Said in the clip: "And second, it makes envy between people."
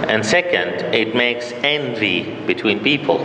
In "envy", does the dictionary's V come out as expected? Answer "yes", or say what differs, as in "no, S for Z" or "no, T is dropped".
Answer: yes